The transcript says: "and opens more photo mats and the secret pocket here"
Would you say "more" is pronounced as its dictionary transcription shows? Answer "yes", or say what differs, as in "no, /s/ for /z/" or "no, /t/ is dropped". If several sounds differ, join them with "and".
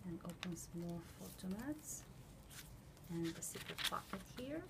no, /l/ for /ɹ/